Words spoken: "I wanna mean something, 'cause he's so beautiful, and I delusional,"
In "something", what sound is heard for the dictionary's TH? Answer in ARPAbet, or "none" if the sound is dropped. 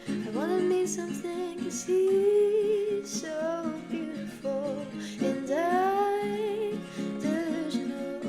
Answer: TH